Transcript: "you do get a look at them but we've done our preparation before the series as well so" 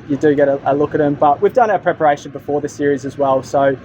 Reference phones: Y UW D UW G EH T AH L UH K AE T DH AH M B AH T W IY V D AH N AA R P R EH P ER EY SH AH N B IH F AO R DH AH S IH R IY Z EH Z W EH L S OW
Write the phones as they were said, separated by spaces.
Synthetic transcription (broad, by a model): Y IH D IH G EH T AH L UH K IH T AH M B AH T W IY V D AH N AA P R EH P ER EY SH AH N B IH F AO R DH AH S IH R IY Z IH Z W EH L S OW